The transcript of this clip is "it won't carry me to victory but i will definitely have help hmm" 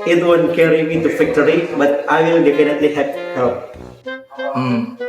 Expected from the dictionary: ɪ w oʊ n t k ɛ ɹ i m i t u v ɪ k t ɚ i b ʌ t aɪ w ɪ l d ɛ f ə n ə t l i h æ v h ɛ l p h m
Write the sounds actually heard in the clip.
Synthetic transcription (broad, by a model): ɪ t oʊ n k ɛ ɹ i m i t u f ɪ k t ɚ i b ʌ t aɪ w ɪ l d ɛ f ə n ə t l i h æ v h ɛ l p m